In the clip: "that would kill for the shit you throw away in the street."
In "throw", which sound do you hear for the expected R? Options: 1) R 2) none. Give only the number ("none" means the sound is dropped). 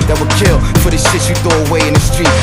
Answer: 2